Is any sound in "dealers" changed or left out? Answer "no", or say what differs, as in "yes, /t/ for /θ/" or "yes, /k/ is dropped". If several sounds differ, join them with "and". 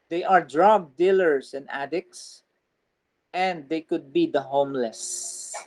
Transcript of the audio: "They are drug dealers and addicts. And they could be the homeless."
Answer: yes, /s/ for /z/